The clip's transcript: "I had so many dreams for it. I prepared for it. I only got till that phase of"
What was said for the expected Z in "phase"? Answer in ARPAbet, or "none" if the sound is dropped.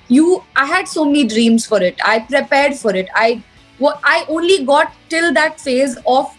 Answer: Z